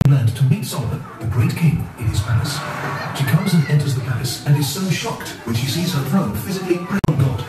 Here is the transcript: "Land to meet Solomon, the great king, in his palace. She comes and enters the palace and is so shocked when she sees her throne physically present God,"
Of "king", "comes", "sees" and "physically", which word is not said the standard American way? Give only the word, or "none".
none